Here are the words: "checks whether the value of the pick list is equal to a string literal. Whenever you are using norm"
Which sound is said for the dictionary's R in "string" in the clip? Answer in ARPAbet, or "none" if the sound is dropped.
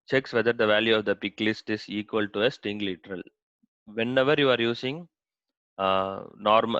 none